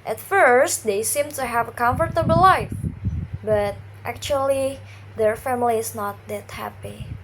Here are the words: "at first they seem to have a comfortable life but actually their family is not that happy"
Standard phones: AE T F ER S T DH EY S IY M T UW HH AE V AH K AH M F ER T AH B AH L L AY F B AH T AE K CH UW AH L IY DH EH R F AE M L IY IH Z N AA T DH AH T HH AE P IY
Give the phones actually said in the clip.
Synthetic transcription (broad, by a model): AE T F ER S T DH EY S IY M T UW HH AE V AH K AH M F ER T AH B AH L L AY F B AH T AE K CH UW AH L IY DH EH R F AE M L IY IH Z N AA T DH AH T HH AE P IY